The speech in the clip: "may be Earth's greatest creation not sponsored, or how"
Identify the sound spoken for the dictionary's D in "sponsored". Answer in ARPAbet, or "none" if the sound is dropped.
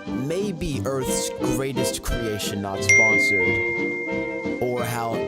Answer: none